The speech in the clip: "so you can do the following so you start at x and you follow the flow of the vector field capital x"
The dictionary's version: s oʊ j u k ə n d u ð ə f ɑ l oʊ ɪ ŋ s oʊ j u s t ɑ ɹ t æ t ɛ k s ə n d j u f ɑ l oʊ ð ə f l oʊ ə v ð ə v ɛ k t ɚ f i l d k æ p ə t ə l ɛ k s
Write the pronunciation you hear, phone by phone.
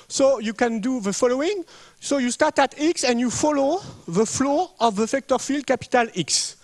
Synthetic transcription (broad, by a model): s oʊ j u k ə n d u ð ə f ɑ l oʊ ɪ ŋ s oʊ j u s t ɑ ɹ t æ t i k s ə n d j u f ɑ l oʊ ð ə f l oʊ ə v ð ə f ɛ k t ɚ f i l d k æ p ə t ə l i k s